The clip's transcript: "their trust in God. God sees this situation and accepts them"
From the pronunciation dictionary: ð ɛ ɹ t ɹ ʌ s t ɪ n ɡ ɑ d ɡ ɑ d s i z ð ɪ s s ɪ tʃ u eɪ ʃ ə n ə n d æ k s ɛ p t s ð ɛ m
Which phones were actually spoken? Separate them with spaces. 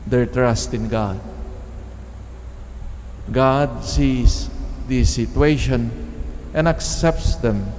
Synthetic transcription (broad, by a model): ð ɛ ɹ t ɹ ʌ s t ɪ n ɡ ɑ d ɡ ɑ d s i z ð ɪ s s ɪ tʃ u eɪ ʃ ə n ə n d æ k s ɛ p t s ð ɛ m